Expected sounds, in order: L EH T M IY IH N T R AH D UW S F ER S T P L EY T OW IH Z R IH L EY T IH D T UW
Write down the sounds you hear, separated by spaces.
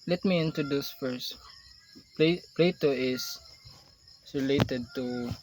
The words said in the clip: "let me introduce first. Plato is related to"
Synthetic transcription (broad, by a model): L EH T M IY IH N T AH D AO S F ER S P P L EY T OW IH S R IH L EY T IH D T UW